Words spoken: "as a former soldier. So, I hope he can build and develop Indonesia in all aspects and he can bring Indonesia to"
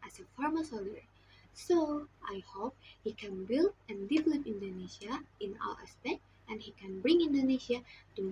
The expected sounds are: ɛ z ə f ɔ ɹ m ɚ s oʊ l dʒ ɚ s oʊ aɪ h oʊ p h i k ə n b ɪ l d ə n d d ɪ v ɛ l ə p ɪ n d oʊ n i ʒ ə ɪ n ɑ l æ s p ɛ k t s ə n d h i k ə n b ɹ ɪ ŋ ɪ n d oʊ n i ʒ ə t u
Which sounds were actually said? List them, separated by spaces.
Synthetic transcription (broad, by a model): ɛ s ə f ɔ ɹ m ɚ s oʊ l ɚ s oʊ aɪ h oʊ p h i k ə n b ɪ l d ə n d d ɪ v ɛ l ə p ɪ n d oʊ n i s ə ɪ n ɑ l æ s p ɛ k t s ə n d h i k ə n b ɹ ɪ ŋ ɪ n d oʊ n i s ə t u